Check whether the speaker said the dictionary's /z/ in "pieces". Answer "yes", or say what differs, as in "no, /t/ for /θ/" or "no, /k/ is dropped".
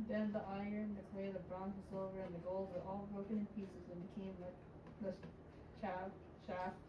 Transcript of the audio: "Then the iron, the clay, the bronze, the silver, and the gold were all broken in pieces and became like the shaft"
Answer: yes